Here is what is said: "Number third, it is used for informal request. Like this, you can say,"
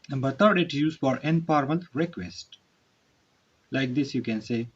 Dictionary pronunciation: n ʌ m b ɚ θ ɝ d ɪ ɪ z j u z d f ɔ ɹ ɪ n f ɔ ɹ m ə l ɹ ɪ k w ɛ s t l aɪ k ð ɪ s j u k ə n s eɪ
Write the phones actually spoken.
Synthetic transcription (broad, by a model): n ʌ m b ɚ t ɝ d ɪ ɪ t j u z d f ɔ ɹ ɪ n p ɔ ɹ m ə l ɹ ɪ k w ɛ s t l aɪ k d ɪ s j u k ə n s eɪ